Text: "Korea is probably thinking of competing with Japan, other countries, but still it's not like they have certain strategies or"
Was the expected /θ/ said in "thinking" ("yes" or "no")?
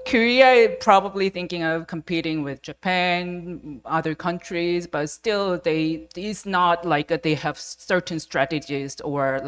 yes